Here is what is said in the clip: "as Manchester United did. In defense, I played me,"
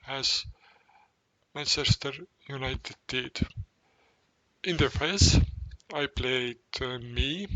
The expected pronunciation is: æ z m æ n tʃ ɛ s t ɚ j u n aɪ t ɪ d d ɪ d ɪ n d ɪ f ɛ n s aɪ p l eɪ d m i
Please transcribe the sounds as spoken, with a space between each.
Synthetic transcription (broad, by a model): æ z m æ n tʃ ɛ s t ɚ j u n aɪ t ɪ d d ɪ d ɪ n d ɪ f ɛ s aɪ p l eɪ d m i